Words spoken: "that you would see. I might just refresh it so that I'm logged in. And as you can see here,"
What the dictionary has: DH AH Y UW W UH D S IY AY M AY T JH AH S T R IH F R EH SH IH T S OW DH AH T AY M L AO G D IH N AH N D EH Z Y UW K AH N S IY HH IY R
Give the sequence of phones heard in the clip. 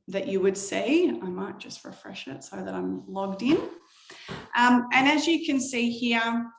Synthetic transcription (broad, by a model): DH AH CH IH W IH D S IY AY M AY T JH AH S T R IH F R EH SH IH T S OW DH AH T AY M L AO G D IH N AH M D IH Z Y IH K AH N S IY HH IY R